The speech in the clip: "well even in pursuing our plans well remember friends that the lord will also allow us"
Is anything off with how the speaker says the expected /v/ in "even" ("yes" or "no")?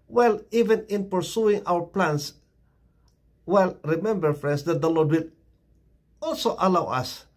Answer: no